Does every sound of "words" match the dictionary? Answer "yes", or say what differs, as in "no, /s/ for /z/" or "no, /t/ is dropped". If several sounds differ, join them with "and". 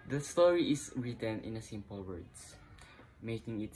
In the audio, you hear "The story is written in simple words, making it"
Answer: no, /s/ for /z/